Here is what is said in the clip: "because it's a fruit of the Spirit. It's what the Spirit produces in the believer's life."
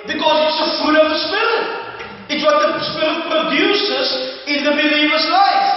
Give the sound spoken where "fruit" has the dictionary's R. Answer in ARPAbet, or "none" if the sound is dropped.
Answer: none